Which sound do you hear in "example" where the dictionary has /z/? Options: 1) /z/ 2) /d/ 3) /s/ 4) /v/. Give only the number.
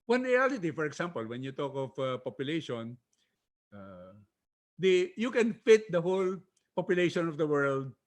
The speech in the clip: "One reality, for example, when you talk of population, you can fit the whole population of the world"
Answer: 3